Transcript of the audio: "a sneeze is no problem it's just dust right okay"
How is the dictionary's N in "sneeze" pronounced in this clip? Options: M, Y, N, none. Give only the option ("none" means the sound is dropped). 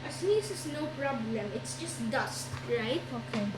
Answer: none